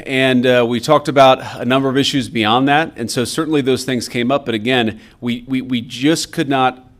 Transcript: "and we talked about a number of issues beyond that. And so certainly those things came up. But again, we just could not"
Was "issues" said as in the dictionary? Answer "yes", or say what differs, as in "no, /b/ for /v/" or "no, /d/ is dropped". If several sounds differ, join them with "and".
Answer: yes